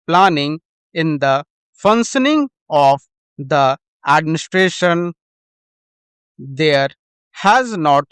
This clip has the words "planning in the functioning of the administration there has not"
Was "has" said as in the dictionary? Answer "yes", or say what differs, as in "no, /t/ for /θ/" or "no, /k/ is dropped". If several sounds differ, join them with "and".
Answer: yes